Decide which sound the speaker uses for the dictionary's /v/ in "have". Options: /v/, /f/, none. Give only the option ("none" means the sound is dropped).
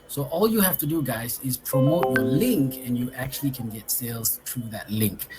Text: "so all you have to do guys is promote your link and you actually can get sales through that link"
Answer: /f/